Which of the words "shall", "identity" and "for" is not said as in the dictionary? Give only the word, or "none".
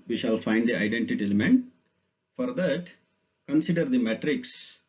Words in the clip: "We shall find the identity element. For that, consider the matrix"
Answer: none